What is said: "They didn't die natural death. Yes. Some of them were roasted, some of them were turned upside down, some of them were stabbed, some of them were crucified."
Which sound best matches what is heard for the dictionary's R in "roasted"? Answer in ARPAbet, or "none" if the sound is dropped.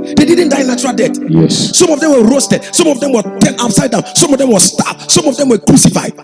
R